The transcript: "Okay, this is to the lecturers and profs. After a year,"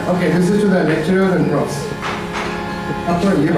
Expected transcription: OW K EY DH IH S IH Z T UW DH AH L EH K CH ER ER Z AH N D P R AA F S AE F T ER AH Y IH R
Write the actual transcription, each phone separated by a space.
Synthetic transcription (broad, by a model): OW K EY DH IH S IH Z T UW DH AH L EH K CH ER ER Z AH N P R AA S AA T AH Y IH